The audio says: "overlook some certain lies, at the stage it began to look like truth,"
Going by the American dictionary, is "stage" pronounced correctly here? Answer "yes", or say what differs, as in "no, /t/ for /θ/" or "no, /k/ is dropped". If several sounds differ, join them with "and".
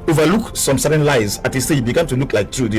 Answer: no, /dʒ/ is dropped